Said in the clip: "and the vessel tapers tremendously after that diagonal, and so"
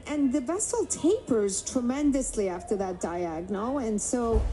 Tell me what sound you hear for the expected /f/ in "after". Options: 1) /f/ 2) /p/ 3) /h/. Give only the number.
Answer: 1